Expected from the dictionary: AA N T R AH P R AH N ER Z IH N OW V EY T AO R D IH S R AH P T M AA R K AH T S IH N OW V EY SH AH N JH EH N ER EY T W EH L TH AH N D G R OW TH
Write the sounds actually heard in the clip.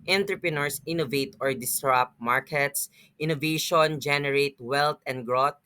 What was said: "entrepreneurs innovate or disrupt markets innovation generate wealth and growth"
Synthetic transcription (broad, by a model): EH N T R P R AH N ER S IH N OW V EY T AO R D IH S R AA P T M AA R K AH T S IH N OW V EY SH AH N JH EH N ER EY T W EH L T AH N D G R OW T